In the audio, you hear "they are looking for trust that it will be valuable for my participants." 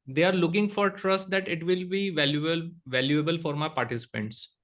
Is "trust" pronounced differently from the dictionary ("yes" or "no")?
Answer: no